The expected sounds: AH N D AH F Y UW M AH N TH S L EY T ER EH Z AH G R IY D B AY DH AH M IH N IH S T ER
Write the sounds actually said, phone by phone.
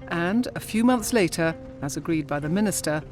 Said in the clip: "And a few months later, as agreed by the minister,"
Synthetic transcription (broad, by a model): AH N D AH F Y UW M AH N TH S L EY T ER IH Z AH G R IY D B AY DH AH M IH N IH S T ER